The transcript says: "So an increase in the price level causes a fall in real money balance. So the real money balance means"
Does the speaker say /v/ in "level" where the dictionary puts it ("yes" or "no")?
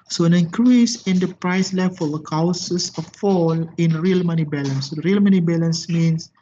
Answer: no